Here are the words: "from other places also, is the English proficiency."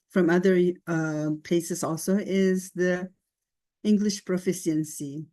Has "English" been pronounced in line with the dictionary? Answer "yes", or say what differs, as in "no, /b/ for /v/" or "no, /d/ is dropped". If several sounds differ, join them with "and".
yes